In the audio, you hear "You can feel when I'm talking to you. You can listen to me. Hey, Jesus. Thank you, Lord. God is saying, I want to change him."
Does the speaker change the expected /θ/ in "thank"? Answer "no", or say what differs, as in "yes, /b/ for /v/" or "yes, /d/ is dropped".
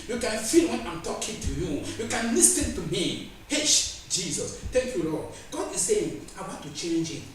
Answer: yes, /t/ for /θ/